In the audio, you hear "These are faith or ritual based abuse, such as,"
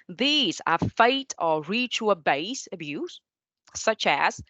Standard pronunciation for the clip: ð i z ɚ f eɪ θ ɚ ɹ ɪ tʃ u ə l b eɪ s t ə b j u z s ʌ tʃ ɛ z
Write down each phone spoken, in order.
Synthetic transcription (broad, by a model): ð i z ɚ f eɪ t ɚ ɹ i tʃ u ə b eɪ s ə b j u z s ʌ tʃ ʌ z